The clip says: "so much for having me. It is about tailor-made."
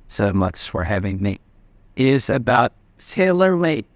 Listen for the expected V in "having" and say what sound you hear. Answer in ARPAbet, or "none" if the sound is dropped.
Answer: V